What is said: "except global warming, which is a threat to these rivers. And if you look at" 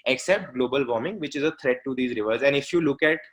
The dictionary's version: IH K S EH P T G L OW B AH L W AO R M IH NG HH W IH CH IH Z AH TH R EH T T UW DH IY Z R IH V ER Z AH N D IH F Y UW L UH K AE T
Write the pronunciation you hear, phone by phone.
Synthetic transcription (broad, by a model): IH K S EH P T G L OW B AH L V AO R M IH NG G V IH CH IH Z AH T R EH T T UW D IY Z R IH V ER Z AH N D IH F Y UW L UH K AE T